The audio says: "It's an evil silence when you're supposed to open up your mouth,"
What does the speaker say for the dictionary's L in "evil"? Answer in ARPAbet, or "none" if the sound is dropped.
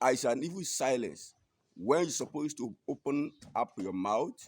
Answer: N